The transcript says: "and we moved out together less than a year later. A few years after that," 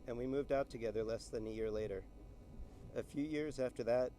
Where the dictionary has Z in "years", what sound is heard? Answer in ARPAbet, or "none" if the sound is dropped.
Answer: Z